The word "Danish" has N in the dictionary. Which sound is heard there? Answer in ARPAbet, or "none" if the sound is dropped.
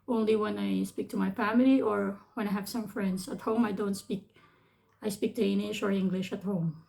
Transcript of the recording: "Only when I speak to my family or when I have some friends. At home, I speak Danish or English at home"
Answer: L